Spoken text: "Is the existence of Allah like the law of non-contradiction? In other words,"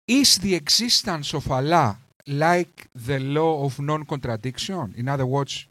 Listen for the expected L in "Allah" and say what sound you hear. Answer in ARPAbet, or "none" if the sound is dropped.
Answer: L